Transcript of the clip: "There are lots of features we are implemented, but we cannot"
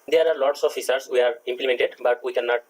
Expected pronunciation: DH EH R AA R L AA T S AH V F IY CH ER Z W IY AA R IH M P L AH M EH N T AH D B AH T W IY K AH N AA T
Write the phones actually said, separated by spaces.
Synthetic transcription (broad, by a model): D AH R AA R L AA T S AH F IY S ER S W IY AA R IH M P L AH M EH N T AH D B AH T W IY K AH N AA T